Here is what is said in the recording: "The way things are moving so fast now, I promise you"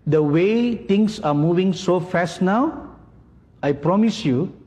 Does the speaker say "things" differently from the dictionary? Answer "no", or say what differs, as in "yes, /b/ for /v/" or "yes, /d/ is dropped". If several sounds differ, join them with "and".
yes, /t/ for /θ/ and /s/ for /z/